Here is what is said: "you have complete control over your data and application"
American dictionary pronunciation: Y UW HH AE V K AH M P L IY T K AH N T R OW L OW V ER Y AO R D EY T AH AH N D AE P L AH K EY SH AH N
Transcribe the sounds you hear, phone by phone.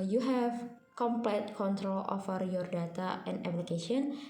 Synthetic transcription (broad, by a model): Y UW HH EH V K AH M P L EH T K AH N T R OW L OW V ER Y AO R D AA T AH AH N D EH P L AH K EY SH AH N